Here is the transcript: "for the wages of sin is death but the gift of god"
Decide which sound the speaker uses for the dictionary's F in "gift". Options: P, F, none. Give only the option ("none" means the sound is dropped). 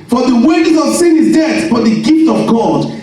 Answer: F